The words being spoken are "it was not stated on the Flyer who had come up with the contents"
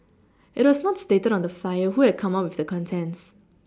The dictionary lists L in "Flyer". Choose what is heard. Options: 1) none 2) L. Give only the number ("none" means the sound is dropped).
1